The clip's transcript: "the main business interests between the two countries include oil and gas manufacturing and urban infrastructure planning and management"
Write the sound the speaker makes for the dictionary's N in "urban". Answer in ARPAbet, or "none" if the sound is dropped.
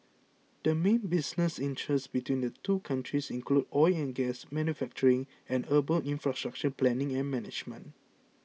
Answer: L